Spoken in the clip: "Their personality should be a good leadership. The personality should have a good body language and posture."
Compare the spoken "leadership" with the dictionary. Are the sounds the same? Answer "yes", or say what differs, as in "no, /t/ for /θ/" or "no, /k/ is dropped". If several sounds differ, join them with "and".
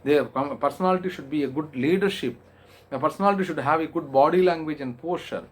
yes